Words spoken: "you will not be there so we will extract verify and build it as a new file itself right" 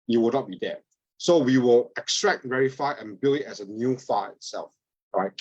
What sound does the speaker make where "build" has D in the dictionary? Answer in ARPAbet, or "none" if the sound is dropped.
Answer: none